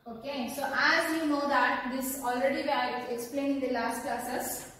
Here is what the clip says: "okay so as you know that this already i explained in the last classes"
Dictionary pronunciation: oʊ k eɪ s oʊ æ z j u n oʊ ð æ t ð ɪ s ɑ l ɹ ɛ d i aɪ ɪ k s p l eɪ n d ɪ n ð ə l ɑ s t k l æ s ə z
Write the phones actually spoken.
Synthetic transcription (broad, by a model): oʊ k eɪ s oʊ æ z j u n oʊ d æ t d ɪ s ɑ l ɹ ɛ d i aɪ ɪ k s p l eɪ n ɪ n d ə l ɑ s t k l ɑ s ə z